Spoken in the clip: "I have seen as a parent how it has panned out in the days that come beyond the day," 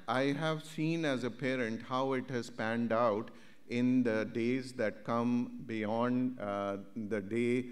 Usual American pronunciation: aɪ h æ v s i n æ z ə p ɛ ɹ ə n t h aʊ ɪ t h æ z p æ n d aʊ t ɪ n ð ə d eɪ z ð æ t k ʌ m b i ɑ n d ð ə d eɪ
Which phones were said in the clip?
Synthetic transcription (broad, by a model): aɪ h æ v s i n æ z ə p ɛ ɹ ə n t h aʊ ɪ t h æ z p æ n d aʊ t ɪ n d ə d eɪ z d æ t k ʌ m b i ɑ n d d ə d eɪ